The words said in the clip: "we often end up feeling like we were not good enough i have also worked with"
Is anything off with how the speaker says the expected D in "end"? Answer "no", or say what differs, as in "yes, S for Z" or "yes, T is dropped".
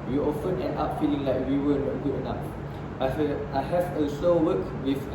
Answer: yes, D is dropped